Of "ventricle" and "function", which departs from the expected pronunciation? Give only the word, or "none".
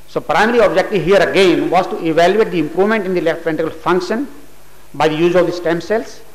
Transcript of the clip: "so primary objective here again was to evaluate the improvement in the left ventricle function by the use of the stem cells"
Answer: ventricle